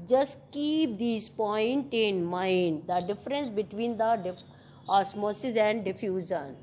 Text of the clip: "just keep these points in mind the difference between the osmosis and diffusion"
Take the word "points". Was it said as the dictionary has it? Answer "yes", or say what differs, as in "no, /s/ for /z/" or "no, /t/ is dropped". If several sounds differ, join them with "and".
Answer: no, /s/ is dropped